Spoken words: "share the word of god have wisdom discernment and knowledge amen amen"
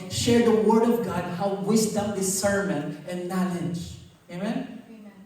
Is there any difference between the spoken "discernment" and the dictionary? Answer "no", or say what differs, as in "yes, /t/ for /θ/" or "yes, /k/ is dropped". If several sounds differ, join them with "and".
yes, /n/ is dropped and /t/ is dropped